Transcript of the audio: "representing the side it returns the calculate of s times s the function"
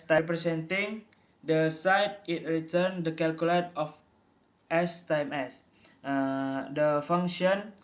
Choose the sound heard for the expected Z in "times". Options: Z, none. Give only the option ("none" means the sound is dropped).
none